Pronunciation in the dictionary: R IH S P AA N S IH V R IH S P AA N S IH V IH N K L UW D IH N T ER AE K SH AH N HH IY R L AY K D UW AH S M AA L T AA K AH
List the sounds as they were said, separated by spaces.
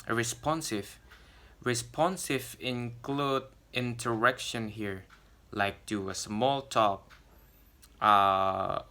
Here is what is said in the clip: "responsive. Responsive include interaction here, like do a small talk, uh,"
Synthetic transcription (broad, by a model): R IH S P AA N S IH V R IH S P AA N S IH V IH N K L UW D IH N T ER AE K SH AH N HH IY R L AY K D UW AH S M AA L T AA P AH